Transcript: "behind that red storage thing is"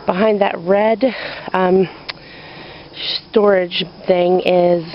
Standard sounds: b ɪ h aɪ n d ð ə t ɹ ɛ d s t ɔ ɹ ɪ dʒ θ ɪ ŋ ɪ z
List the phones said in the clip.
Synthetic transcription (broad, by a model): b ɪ h aɪ n ð ə t ɹ ɛ d s t ɔ ɹ ɪ dʒ θ ɪ ŋ ɪ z